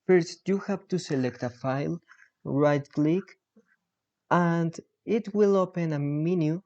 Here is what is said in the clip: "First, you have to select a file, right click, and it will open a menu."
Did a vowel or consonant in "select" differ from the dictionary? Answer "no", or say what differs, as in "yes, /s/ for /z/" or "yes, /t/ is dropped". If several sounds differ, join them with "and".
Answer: no